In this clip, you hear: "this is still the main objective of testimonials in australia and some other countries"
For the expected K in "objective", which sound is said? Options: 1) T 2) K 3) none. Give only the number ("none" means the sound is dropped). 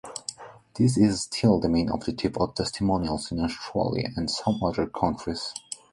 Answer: 3